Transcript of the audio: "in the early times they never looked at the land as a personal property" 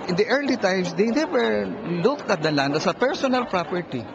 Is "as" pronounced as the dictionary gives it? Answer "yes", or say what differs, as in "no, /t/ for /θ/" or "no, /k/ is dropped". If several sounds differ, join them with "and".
no, /s/ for /z/